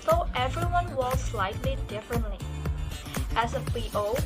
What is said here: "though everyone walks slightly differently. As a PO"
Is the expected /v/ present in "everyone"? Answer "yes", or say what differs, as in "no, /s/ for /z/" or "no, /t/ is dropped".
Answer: yes